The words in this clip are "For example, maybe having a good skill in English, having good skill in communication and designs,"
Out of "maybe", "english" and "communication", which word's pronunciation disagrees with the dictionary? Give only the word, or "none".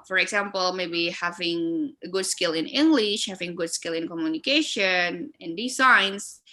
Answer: none